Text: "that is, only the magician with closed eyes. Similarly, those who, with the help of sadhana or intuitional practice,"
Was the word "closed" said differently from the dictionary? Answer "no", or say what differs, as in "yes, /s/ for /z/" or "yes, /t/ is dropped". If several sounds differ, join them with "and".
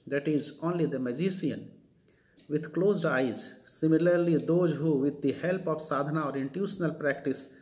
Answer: no